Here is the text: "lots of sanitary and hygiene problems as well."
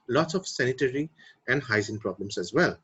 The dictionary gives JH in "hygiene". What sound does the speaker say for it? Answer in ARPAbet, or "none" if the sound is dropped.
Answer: Z